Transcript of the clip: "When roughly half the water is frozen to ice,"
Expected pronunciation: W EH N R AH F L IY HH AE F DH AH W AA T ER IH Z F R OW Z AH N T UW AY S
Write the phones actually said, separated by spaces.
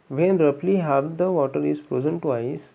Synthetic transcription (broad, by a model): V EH N R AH P L IY HH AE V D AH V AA T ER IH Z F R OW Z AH N T UW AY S